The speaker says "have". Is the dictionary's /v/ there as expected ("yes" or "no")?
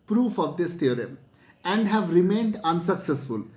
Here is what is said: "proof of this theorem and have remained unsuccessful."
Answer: yes